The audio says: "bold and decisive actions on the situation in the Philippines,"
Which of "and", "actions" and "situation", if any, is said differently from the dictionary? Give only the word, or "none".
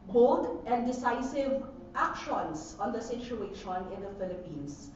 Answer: actions